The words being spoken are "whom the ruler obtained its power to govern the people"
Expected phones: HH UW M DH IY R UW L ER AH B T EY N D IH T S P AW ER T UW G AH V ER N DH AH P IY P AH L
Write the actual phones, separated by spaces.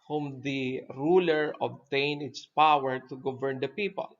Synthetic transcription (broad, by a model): HH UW M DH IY R UW L ER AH B T EY N IH T S P AW ER T UW G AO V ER N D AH P IY P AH L